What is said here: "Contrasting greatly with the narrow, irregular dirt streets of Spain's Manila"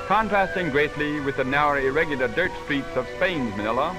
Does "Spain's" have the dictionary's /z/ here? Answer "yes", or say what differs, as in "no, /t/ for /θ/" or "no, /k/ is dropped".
yes